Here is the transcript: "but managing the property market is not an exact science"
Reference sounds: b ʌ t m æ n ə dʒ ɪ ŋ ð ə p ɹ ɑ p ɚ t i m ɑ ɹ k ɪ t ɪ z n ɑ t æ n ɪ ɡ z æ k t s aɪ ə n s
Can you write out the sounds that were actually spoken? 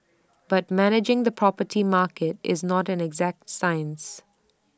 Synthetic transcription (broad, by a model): b ʌ t m æ n ə dʒ ɪ ŋ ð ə p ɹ ɑ p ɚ t i m ɑ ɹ k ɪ t ɪ z n ɑ t æ n ɪ ɡ z æ k t s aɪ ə n s